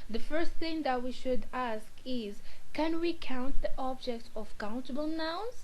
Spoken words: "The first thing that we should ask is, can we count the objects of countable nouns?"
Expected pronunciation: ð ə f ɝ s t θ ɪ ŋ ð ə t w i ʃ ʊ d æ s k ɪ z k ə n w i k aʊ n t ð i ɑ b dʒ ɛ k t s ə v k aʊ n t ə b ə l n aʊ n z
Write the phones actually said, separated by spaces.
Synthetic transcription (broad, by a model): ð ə f ɝ s t θ ɪ ŋ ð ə t w i ʃ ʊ d æ s k ɪ z k ə n w i k aʊ n t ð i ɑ b dʒ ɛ k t ə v k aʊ n t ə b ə l n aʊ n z